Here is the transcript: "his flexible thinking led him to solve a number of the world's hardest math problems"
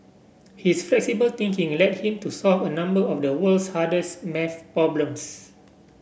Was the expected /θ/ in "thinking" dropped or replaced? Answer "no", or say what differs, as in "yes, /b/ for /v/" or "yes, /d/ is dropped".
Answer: yes, /t/ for /θ/